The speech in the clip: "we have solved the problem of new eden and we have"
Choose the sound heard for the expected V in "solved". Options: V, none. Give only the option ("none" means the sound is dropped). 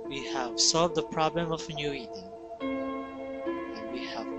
V